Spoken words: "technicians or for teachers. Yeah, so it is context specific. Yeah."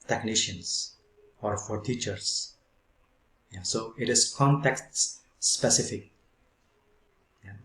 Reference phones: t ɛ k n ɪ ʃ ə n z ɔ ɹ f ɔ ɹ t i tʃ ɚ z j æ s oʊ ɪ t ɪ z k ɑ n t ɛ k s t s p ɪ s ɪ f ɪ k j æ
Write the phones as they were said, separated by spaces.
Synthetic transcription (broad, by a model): t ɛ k n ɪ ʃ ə n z ɔ ɹ f ɔ ɹ t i tʃ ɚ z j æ s oʊ ɪ t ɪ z k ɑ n t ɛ k s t s p ɪ s ɪ f ɪ k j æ